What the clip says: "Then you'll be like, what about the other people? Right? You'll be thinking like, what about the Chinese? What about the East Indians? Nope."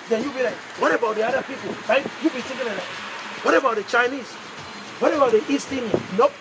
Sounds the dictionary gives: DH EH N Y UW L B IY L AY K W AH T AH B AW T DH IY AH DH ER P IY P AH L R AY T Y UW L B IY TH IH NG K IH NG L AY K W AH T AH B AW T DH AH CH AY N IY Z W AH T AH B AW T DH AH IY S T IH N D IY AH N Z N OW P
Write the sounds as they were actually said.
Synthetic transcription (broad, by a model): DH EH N Y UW B IY L AY K W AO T AH B AW T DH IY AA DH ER P IY P AH L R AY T Y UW B IY T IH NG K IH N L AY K W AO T AH B AW T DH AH CH AY N IY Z W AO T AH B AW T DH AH IY S T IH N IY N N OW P